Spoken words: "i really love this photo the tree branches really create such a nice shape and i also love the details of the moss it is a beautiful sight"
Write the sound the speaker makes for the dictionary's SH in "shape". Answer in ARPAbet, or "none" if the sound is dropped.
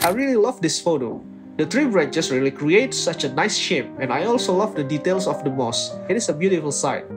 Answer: SH